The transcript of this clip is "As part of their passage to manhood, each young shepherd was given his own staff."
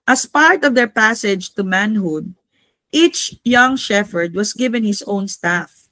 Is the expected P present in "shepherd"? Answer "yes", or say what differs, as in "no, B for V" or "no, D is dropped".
no, F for P